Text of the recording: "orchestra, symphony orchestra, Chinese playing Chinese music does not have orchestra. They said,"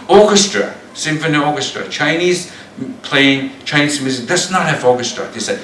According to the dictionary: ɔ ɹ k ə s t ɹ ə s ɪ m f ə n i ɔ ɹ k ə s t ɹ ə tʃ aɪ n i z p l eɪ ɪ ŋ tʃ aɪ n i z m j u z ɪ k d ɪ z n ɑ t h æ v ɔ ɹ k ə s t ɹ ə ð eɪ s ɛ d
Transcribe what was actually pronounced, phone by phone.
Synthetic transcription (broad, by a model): ɔ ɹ k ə s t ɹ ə s ɪ m f ə n i ɔ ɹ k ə s t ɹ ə tʃ aɪ n i z p l eɪ ɪ ŋ tʃ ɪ n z m j u z ɪ k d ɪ s n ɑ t h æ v ɔ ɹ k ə s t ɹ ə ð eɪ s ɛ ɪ